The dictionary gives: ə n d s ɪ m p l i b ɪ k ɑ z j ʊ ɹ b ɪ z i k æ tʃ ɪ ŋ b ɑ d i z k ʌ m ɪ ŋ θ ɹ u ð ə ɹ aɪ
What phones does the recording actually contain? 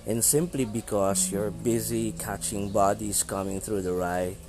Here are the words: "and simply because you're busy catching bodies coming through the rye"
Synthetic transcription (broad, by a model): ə n s ɪ m p l i b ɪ k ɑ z j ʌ ɹ b ɪ z i k æ tʃ ɪ ŋ b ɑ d i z k ʌ m ɪ ŋ θ ɹ u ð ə ɹ aɪ